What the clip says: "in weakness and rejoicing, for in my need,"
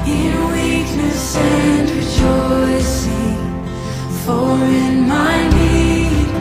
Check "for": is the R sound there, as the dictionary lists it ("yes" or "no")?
no